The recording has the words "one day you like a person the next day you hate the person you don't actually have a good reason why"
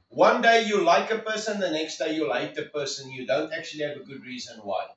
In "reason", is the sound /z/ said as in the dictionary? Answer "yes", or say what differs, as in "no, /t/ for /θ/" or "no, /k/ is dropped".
yes